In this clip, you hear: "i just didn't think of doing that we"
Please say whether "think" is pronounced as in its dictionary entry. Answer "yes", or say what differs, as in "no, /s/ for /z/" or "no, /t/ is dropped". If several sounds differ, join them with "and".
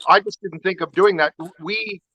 yes